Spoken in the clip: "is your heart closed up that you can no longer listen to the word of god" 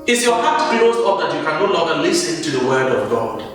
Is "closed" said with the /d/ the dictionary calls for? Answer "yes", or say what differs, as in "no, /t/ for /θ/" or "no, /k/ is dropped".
no, /d/ is dropped